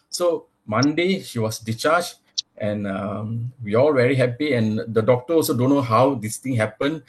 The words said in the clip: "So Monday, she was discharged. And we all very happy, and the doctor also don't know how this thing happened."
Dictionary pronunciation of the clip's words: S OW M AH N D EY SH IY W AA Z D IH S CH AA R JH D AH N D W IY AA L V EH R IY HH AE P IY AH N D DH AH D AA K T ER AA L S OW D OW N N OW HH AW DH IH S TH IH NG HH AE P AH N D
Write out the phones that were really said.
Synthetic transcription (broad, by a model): S OW M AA N D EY SH IY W AA S D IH CH AA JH AH N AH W IY AA L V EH R IY HH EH P IY AH N D AH D AA K T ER AA L S OW D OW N N OW HH AW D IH S T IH NG HH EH P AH N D